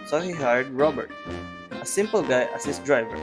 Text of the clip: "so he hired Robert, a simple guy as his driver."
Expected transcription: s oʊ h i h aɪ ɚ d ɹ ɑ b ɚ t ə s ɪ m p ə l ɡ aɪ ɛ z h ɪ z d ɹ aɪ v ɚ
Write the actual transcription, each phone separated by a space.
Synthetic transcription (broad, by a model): s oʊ h i h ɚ d ɹ ɑ b ɚ t ə s ɪ m p ə l ɡ aɪ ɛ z h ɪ s d ɹ aɪ v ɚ